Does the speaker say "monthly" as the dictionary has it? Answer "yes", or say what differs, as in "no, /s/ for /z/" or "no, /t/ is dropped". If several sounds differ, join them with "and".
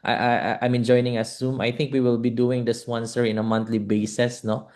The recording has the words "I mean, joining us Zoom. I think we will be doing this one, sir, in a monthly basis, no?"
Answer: no, /t/ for /θ/